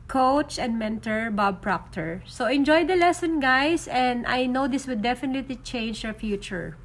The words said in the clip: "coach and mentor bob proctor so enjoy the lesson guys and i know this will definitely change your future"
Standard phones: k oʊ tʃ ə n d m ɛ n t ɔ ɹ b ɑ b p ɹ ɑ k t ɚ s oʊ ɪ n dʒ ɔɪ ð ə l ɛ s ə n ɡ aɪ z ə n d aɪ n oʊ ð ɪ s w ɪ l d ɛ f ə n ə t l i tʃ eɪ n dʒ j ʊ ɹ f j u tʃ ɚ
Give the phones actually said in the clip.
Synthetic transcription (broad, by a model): k oʊ tʃ ə n d m ɛ n t ɔ ɹ b ɑ b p ɹ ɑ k t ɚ s oʊ ɪ n dʒ ɔɪ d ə l ɛ s ə n ɡ aɪ s ə n d aɪ n oʊ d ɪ s w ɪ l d ɛ f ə n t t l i tʃ eɪ n dʒ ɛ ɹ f j u tʃ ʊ